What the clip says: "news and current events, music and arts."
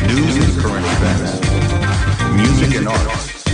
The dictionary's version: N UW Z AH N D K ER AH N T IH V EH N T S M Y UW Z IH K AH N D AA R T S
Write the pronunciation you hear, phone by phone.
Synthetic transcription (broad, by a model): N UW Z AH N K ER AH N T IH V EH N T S M Y UW Z IH K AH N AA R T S